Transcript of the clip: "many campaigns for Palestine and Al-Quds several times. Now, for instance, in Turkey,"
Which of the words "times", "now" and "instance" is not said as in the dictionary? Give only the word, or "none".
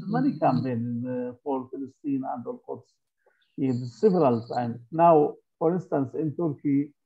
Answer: times